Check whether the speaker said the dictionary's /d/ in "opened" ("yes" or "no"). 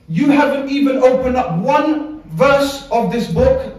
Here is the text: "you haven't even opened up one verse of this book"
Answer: yes